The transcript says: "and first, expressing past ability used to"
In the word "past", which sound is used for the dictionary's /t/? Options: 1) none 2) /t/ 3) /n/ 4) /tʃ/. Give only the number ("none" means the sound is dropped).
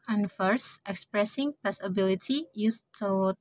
1